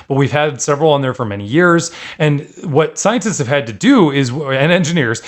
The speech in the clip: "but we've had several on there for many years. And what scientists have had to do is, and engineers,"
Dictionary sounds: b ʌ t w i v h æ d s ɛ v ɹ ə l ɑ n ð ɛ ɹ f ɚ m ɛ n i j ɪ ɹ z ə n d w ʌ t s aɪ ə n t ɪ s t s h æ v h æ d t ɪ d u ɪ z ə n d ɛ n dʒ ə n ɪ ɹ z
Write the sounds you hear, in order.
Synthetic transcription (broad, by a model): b ʌ t w i v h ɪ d s ɛ v ɹ l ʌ n ð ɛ ɹ f ɚ m ɛ n i j ɪ ɹ z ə n w ʌ t s aɪ ə n t ɪ s t s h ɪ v h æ d t ɪ d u ɪ z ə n ɛ n dʒ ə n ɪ ɹ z